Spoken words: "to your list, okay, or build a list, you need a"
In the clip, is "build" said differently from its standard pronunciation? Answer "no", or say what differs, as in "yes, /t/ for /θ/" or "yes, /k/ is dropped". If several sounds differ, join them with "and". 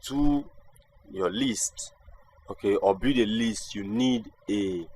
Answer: yes, /l/ is dropped